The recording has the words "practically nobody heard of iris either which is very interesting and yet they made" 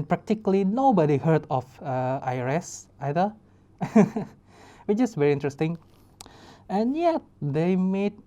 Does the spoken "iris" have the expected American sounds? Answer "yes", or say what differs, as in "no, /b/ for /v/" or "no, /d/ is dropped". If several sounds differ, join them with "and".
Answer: yes